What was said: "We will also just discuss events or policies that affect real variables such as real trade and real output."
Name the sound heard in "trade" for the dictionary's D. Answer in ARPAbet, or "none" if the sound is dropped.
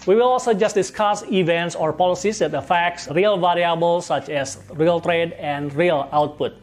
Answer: D